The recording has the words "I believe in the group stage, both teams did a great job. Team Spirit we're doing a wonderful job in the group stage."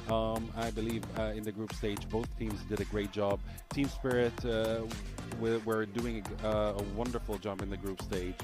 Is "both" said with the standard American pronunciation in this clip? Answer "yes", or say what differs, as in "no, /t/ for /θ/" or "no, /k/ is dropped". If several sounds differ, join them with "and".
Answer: yes